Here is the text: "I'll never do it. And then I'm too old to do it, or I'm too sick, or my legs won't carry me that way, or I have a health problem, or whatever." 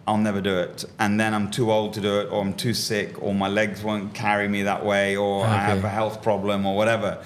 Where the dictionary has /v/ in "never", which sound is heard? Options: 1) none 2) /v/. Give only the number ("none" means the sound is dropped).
2